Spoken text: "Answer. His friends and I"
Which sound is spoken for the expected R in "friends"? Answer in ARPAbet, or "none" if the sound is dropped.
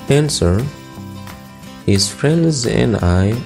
R